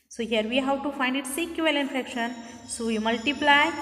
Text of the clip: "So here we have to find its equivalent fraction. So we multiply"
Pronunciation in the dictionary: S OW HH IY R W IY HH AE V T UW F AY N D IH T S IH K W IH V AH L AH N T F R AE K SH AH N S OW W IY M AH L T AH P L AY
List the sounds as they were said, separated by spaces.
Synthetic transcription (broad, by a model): S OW HH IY R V IY HH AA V T UW F AY N D IH T S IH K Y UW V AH L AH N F EH K SH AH N S OW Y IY M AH L T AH P L AY